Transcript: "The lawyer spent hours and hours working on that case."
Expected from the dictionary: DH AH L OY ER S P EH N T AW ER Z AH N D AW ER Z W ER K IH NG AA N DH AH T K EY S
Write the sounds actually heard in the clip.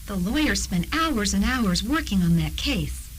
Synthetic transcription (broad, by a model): DH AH L OY ER S P EH N T AW ER Z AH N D AW ER Z W ER K IH NG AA N DH AH T K EY S